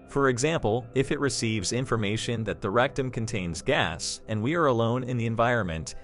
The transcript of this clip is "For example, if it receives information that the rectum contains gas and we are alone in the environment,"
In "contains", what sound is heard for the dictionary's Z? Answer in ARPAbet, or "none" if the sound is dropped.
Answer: Z